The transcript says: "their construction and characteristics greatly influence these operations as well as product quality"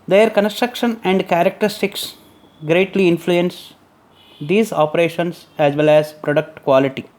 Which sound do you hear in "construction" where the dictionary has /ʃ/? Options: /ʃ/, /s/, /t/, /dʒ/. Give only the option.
/ʃ/